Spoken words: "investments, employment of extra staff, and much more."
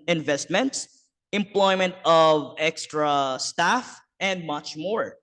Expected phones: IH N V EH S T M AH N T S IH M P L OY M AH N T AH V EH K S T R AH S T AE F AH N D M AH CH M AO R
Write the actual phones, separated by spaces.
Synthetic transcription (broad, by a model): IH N V EH S T M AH N T S IH M P L OY M AH N T AH V EH K S T R AH S T AE F AH N D M AH CH M AO R